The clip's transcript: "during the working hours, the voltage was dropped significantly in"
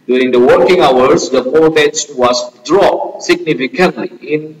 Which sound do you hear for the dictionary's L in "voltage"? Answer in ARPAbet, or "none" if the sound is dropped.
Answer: none